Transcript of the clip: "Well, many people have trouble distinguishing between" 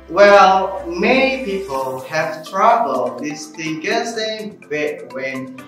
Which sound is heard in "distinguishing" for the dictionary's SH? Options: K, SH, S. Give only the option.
S